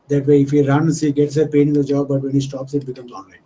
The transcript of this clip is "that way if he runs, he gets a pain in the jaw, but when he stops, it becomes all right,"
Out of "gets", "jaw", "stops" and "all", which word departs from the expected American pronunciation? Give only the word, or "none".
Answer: all